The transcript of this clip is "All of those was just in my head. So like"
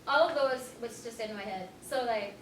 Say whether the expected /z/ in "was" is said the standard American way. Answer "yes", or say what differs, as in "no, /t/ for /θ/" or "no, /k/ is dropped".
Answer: no, /s/ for /z/